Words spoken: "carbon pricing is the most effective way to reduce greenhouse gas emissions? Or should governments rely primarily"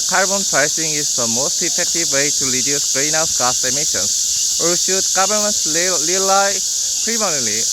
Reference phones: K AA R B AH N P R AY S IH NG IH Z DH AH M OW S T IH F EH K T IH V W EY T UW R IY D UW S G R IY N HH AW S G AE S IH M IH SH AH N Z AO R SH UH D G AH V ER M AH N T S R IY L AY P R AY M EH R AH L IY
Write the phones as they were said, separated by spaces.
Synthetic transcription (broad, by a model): K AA R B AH N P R AY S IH NG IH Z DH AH M OW S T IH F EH K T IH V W EY T UW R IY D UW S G R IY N AW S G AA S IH M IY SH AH N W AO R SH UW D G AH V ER M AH N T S L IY L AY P R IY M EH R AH L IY